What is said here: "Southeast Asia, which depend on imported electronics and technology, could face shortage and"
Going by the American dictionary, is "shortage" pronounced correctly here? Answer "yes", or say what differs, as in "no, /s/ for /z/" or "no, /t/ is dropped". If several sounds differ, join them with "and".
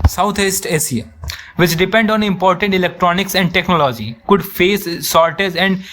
no, /z/ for /dʒ/